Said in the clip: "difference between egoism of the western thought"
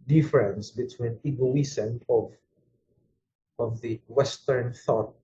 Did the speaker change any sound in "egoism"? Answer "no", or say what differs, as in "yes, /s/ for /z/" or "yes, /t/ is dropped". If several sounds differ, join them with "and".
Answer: yes, /s/ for /z/